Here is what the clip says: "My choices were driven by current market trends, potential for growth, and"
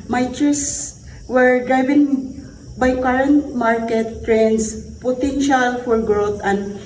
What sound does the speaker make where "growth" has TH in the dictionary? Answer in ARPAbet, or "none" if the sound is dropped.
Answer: T